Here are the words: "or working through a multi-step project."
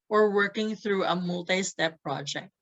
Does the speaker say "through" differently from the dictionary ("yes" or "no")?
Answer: no